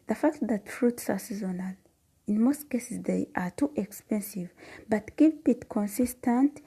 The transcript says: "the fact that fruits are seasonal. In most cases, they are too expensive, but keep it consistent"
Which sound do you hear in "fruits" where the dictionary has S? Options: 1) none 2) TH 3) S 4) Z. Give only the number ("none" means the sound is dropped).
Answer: 3